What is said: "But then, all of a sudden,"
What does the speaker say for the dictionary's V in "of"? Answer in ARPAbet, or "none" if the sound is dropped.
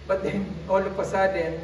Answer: P